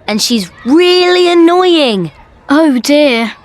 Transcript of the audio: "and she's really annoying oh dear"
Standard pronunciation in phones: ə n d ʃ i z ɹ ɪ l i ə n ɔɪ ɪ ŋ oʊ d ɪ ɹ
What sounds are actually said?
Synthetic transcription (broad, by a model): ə n ʃ i z ɹ ɪ l i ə n ɔɪ ɪ ŋ oʊ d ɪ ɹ